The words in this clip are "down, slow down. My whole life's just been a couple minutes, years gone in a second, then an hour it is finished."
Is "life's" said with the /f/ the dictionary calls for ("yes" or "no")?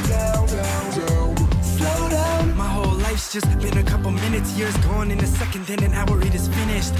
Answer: yes